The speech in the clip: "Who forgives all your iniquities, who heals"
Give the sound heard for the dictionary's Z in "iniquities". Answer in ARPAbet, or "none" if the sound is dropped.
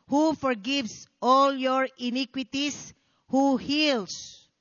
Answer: S